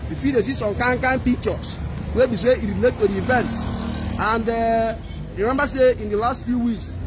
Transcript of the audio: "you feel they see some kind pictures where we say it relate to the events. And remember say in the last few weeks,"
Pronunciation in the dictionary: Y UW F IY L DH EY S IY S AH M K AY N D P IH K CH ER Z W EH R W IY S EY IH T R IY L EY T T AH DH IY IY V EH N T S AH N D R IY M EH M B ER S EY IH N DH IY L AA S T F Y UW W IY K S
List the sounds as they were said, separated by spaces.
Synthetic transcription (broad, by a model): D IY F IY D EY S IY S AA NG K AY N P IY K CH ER S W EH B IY S EY IH T R IY L EY T T AH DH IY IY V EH N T AH N D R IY M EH M B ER S EY IH N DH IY L AA S T F Y UW W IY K S